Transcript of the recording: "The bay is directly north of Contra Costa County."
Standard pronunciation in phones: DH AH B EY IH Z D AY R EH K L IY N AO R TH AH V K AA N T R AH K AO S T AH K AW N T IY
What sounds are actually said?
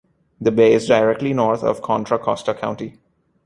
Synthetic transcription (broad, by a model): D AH B EY IH Z D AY R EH K L IY N AO R T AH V K AA N T R AH K AO S T AH K AW N T IY